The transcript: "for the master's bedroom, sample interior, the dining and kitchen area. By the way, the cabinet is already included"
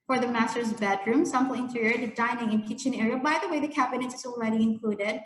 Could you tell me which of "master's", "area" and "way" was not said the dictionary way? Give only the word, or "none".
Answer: none